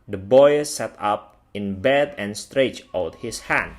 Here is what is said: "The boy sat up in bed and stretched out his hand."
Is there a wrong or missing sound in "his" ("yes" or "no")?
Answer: yes